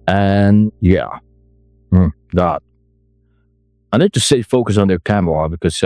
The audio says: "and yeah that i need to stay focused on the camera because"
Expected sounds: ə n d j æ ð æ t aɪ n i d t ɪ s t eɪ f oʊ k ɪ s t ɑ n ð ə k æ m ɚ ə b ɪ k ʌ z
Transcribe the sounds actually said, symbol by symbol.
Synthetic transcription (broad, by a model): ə n j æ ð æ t aɪ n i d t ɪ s s eɪ f oʊ k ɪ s n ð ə k æ m ɚ ə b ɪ k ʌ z